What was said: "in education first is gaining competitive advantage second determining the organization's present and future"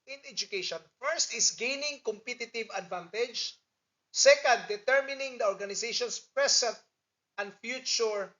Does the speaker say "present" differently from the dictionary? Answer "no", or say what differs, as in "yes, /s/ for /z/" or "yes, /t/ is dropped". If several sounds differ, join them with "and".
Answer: yes, /s/ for /z/